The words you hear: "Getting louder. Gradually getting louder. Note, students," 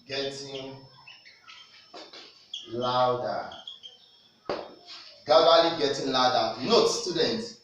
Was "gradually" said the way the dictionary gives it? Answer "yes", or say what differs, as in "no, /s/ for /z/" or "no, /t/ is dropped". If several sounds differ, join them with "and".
no, /ɹ/ is dropped